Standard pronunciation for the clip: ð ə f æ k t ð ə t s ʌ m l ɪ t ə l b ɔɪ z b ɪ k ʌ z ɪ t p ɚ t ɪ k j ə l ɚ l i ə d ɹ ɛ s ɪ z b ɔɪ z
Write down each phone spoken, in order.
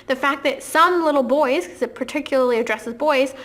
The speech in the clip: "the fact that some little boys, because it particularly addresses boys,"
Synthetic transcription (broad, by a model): ð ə f æ k ð ə t s ʌ m l ɪ t l b ɔɪ z k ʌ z ɪ t p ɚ t ɪ k j l ɚ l i ə d ɹ ɛ s ɪ z b ɔɪ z